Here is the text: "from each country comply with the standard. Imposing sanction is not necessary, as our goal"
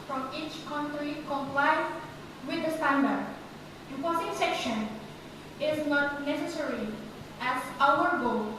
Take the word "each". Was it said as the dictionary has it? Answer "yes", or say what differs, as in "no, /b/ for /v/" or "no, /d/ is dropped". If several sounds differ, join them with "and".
yes